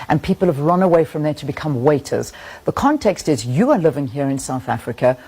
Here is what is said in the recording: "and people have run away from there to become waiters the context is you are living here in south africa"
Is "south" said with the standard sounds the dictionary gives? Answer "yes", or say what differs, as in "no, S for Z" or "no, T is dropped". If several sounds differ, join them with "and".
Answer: yes